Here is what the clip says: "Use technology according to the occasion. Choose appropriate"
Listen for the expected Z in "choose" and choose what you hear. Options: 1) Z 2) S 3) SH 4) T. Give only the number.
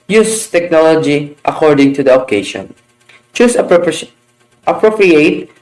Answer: 2